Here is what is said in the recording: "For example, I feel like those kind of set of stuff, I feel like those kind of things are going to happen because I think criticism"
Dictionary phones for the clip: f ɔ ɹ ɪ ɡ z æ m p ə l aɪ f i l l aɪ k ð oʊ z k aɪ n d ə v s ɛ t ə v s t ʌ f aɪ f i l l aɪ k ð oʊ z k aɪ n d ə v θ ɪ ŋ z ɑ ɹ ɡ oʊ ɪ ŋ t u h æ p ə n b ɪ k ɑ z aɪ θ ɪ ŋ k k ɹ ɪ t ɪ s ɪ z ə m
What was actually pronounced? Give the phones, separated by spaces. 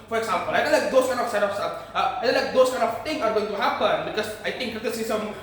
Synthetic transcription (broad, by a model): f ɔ ɹ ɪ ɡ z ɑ m p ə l aɪ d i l l aɪ k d oʊ s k aɪ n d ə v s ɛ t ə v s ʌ aɪ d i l l aɪ k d oʊ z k aɪ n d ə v t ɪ ŋ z ɑ ɹ ɡ oʊ ɪ ŋ t u h æ p ə n b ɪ k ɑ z aɪ t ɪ ŋ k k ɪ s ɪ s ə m